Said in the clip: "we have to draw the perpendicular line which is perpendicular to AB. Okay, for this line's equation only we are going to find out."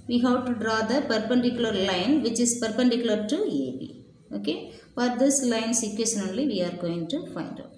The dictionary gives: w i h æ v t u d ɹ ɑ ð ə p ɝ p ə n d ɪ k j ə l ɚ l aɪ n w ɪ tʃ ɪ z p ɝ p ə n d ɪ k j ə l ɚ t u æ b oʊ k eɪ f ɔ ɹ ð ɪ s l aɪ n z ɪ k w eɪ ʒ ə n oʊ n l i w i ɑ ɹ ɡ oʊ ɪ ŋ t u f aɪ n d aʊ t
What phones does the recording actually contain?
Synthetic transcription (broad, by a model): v i h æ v t u d ɹ ɑ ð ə p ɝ p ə n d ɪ k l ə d l aɪ n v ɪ tʃ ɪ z p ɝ p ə n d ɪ k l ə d t u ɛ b oʊ k eɪ f ɔ ɹ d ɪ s l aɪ n s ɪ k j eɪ ʃ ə n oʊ l l i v i ɑ ɹ ɡ oʊ ɪ ŋ t u f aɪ n d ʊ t